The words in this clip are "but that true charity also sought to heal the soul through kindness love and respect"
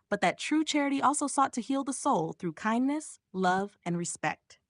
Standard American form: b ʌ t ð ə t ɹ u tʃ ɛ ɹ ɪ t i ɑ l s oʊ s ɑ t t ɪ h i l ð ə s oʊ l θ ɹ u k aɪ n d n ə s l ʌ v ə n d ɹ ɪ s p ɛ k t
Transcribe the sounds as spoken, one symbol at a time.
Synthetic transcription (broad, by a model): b ʌ t ð ə t ɹ u tʃ ɛ ɹ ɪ t i ɑ l s oʊ s ɑ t t ɪ h i l ð ə s oʊ l θ ɹ u k aɪ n n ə s l ʌ v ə n ɹ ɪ s p ɛ k t